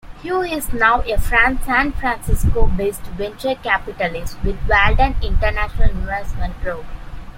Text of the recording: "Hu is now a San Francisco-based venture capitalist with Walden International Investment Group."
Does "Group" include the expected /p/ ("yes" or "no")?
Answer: no